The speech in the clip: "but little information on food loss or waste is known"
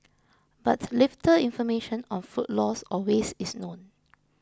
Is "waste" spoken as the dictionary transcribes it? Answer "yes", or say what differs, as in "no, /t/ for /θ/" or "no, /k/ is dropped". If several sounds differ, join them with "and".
no, /t/ is dropped